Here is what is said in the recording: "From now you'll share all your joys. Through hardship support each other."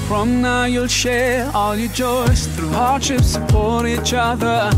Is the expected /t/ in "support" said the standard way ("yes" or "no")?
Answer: no